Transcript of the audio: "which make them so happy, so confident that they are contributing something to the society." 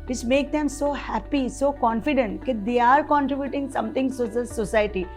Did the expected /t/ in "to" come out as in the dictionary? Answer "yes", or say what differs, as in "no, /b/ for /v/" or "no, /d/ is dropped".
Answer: no, /s/ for /t/